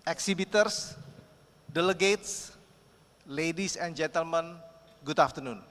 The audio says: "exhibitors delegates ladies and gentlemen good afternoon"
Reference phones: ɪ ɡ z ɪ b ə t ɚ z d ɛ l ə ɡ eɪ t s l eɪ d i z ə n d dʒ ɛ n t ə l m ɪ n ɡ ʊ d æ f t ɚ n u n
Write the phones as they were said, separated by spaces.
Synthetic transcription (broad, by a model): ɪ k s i b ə t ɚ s d ɛ l ə ɡ eɪ t s l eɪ d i s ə n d dʒ ɛ n t ə l m ɪ n ɡ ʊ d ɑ f t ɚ n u n